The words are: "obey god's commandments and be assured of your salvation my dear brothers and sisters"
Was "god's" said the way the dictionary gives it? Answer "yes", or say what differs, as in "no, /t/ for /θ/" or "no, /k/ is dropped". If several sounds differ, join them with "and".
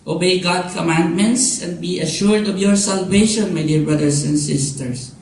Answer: no, /z/ is dropped